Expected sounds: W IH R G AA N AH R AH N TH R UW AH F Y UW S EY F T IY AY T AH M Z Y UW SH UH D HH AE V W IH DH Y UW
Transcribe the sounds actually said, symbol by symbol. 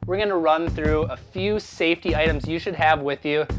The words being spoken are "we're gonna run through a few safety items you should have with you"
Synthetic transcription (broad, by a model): W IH R G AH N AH R AH N TH R UW AH F Y UW S EY F T IY AY T AH M Z Y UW SH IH D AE V W IH DH Y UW